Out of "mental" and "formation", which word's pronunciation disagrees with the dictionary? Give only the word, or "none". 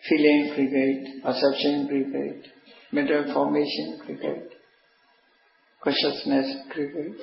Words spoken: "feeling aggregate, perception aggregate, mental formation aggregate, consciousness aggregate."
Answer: mental